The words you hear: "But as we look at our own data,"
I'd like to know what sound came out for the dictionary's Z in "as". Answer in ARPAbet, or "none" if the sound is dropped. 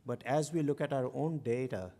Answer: Z